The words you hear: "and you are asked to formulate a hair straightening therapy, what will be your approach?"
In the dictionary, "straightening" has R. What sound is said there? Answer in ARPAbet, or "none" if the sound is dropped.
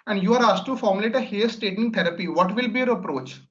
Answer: none